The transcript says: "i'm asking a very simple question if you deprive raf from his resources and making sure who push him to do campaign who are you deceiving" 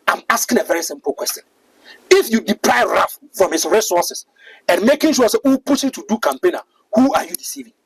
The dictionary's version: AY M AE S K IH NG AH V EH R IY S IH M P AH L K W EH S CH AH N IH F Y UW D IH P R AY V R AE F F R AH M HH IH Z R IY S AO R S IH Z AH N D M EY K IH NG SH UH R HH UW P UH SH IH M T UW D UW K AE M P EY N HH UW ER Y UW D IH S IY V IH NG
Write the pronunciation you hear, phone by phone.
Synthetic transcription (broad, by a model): AY M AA S K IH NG AH V EH R IY S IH M P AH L K W EH S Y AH N IH F Y UW D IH P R AY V R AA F F R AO M HH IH S R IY S AO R S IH S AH N M EY K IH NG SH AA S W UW P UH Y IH T UW D UW K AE M P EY N HH UW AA Y UW D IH S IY V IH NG